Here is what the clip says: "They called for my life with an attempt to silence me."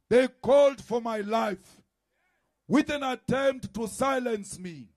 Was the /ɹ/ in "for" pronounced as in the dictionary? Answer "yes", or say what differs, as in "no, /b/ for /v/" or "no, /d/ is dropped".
yes